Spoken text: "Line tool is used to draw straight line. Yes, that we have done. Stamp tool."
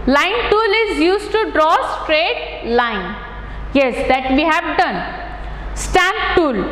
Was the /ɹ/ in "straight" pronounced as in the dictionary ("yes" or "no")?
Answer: yes